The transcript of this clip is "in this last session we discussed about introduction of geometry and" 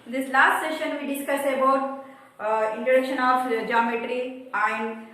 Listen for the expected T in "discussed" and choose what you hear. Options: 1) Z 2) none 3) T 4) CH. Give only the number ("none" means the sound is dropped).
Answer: 2